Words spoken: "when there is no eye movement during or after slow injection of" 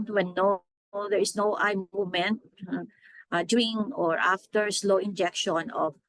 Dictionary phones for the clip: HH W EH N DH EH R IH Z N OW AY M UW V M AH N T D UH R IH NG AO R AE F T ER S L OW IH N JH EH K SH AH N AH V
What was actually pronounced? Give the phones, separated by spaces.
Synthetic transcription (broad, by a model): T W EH N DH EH R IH S N OW AY M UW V M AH N T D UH IH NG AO R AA F T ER S L OW IH N JH EH K SH AH N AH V